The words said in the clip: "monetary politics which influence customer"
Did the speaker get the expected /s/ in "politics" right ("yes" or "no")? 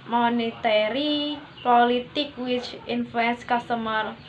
no